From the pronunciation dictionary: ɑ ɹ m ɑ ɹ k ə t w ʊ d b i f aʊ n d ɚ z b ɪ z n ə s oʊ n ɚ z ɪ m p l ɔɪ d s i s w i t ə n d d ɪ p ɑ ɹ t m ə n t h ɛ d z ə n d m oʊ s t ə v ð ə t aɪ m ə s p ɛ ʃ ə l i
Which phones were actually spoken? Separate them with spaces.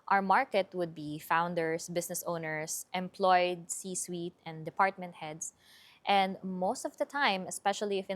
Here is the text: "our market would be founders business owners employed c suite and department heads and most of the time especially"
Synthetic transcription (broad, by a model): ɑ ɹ m ɑ ɹ k ə t w ʊ d b i f aʊ n d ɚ s b ɪ s n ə s oʊ n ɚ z ɪ m p l ɔɪ d s i s w i t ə n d d ɪ p ɑ ɹ t m ə n t h ɛ d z ə n d m oʊ s t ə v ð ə t aɪ m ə s p ɛ ʃ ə l i